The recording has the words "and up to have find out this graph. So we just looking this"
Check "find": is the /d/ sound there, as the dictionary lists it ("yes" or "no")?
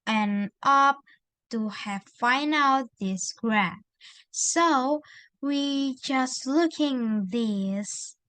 no